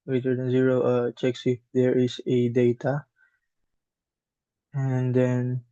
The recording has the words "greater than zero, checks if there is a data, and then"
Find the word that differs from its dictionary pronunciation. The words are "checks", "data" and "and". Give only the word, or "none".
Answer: none